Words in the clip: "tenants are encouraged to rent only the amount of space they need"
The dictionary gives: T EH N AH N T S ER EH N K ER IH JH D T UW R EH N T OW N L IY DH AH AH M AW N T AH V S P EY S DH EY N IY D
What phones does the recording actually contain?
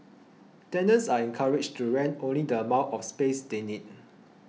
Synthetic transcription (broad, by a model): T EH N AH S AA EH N K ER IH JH T UW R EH N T OW N L IY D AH AH M AW T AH F S P EY S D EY N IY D